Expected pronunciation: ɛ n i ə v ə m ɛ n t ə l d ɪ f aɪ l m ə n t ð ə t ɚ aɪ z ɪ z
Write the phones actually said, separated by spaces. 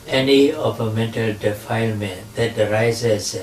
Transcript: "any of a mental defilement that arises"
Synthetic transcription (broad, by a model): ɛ n i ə p ə m ɛ n t ə l d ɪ f aɪ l m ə n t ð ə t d aɪ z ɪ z